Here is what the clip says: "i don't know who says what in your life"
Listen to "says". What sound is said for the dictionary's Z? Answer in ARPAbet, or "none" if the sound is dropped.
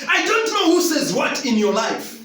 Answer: Z